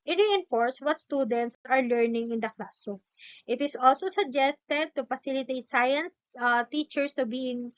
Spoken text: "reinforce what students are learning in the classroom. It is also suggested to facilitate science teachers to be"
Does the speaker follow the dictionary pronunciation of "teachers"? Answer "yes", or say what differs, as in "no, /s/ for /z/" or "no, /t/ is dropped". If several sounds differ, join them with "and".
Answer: no, /s/ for /z/